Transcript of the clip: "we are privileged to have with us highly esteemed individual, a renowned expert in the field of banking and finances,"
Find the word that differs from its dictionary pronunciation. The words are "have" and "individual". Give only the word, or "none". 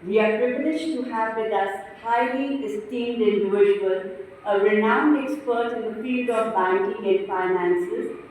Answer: individual